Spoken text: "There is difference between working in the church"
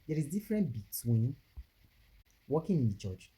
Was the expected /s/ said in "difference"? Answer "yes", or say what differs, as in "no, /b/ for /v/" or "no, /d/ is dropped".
no, /s/ is dropped